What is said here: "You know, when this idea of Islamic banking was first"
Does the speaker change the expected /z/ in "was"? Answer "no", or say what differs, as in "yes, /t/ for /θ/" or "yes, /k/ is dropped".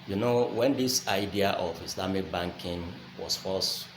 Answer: yes, /s/ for /z/